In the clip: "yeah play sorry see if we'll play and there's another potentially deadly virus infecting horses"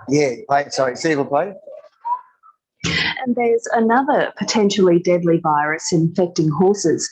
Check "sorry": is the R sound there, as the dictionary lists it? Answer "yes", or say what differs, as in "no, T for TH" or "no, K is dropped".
no, R is dropped